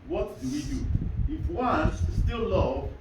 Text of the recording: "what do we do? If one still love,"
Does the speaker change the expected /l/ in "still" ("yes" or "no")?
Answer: no